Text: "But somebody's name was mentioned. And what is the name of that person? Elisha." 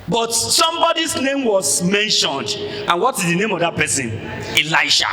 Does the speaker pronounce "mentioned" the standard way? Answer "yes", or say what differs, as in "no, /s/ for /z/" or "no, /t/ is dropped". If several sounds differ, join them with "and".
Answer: yes